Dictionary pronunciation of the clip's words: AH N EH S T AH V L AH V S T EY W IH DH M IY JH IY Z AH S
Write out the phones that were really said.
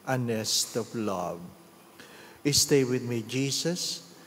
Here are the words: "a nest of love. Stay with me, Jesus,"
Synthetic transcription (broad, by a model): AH N EH S T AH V L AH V S T EY W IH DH M IY JH IY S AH S